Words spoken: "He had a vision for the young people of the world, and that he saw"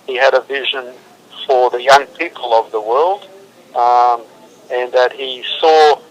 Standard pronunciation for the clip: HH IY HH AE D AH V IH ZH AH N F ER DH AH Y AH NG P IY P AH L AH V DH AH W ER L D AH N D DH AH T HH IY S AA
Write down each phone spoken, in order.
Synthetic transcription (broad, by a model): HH IY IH D AH V IH ZH AH N F ER DH AH Y AH NG P IY P AH L AH V DH AH W ER L D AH N DH AH T HH IY S AA